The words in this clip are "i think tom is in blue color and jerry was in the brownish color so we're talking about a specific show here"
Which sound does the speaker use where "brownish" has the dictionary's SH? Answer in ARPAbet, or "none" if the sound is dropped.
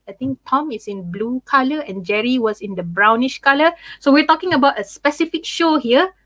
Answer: SH